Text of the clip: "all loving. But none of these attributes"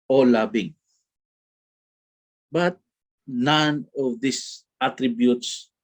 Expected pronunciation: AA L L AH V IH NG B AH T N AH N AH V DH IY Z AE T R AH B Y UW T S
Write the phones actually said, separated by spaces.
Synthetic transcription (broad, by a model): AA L L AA B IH NG B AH T N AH N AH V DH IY S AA T R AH B Y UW T S